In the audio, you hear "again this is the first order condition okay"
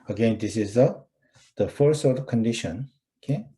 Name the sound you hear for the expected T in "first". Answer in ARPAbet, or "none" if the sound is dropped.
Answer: none